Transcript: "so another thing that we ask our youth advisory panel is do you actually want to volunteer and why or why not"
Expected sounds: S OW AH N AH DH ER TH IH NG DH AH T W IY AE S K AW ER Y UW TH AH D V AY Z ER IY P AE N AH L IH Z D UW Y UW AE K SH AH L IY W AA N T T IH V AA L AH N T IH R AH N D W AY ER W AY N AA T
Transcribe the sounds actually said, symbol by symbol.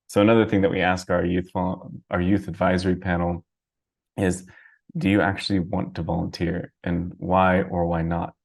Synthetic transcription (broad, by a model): S OW AH N AH DH ER TH IH NG DH AH T W IY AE S K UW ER Y UW TH AH D V AY Z ER IY P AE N L IH Z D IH Y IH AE K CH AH L IY W AA N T T IH V AA L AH N T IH R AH N W AY ER W AY N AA T